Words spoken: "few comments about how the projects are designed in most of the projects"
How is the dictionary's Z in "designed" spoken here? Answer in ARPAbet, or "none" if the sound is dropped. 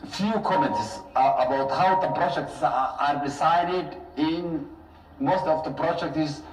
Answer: S